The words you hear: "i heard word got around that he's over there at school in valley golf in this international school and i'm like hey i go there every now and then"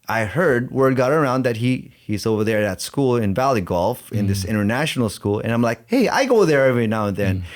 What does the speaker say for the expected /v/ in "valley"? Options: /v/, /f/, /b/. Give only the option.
/v/